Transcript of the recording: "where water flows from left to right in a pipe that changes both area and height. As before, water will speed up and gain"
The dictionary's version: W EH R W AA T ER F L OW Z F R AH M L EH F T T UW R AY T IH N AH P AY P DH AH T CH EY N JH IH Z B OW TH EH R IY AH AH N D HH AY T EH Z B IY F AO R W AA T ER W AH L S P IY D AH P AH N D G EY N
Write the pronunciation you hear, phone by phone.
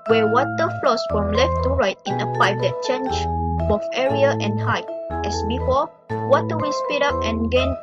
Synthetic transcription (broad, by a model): W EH W AA T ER F L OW S F R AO M L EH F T T UW R AY T IH N AH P AY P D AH T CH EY N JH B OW F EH R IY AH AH N HH AY T EH S B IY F AO L W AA T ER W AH S P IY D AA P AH N G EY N